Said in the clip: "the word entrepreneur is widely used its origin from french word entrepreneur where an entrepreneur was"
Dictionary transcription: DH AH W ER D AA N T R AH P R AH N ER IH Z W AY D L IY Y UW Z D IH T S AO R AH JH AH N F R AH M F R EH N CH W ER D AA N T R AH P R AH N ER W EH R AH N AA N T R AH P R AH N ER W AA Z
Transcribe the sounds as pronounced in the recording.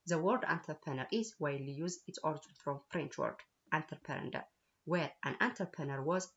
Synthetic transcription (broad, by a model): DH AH W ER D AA N T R P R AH N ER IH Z W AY L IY Y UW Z IH T S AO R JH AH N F R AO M F R EH N CH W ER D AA N T R P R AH N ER W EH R AH N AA N T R P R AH N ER W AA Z